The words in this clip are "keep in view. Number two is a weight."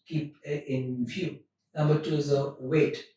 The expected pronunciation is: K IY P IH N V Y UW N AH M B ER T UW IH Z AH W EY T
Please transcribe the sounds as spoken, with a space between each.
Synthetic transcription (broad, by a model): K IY P IH N F Y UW N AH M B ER T UW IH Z AH W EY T